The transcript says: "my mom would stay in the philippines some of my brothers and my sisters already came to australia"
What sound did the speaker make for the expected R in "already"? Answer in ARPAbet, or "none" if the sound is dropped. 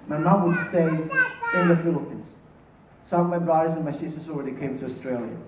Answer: R